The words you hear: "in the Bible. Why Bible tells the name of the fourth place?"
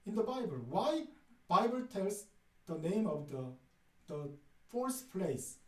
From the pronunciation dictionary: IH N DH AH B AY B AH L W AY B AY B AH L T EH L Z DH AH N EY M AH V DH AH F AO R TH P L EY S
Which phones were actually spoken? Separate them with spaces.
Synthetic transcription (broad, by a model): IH N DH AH B AY B AH L W AY B AY B AH L T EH L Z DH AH N EY M AH V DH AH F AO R S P L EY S